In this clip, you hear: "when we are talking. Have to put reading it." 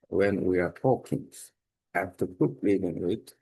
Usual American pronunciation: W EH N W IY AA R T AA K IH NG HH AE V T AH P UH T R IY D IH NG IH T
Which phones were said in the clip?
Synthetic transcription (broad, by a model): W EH N W IY AA R T AA K IH NG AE F T AH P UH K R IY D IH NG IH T